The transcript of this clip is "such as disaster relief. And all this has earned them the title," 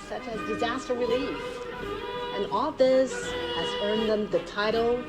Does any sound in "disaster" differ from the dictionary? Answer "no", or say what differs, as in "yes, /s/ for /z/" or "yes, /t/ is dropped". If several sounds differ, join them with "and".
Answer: no